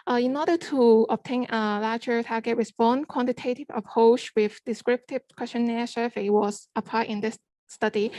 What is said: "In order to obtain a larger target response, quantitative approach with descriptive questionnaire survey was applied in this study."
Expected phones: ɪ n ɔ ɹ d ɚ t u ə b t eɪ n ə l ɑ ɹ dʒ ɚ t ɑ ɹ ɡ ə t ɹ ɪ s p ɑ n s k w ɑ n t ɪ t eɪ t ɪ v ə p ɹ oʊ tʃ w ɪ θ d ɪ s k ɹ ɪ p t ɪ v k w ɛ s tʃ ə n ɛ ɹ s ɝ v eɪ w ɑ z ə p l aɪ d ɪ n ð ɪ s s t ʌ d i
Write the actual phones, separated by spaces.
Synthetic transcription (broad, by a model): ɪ n ɔ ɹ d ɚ t u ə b t eɪ n ə l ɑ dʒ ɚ t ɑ ɡ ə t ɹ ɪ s b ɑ n k w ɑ n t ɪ t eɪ t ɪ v ə p ɹ oʊ tʃ w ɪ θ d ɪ s k ɹ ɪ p t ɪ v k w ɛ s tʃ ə n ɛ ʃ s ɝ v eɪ w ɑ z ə p aɪ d ɪ n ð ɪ s s t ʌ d i